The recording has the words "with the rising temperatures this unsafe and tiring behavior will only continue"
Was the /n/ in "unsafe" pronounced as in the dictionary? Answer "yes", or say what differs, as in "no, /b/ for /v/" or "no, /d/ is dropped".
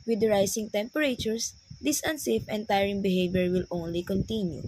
yes